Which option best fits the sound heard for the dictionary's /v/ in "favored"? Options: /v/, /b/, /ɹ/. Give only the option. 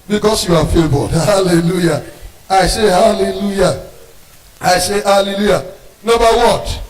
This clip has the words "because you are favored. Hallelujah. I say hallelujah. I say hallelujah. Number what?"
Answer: /b/